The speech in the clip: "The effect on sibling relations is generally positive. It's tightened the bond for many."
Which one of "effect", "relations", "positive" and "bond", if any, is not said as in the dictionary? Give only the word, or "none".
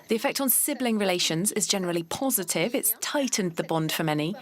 none